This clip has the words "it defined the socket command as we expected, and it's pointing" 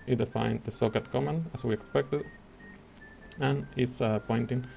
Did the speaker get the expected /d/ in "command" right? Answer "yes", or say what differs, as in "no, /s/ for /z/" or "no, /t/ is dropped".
no, /d/ is dropped